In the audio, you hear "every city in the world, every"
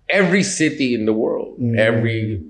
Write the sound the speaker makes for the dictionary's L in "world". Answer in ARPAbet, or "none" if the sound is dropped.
L